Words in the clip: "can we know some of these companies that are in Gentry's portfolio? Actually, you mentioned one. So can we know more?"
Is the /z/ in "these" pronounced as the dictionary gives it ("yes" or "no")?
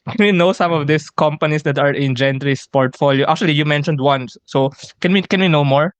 no